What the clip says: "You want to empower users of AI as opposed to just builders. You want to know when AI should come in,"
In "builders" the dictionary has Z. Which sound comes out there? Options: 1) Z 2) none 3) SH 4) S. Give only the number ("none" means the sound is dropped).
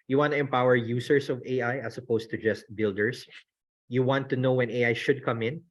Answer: 4